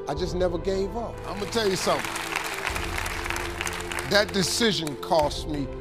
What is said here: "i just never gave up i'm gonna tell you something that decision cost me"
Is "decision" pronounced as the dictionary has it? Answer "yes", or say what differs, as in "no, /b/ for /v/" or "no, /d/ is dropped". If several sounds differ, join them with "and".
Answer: yes